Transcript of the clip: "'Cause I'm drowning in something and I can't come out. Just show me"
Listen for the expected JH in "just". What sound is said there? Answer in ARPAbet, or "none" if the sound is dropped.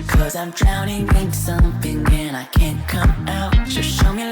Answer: ZH